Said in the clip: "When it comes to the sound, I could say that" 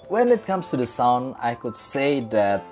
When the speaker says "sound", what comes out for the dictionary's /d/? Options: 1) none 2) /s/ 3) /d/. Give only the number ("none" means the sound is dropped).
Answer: 3